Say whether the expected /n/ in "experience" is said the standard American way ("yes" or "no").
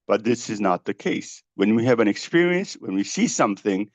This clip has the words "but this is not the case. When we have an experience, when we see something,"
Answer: yes